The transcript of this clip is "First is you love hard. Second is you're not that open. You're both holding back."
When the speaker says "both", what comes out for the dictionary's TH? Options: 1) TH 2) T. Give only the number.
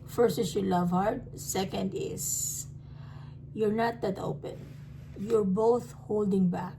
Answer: 1